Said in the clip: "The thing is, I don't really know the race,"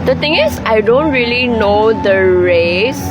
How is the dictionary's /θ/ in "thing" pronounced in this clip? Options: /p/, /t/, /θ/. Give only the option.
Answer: /t/